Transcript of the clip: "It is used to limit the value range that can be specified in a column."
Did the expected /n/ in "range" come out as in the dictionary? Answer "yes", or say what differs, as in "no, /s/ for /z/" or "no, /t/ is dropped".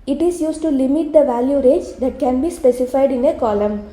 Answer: no, /n/ is dropped